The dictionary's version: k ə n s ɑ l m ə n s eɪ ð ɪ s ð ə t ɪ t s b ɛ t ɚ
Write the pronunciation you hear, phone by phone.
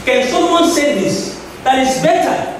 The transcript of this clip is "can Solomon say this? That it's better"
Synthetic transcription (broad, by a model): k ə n s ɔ m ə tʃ s eɪ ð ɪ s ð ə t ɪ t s b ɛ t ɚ